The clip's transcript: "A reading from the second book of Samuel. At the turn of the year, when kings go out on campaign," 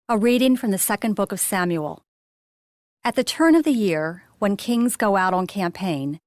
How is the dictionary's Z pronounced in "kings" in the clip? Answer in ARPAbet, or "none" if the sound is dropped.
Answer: Z